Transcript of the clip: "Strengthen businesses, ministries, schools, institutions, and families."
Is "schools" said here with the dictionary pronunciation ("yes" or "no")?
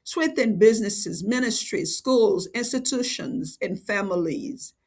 yes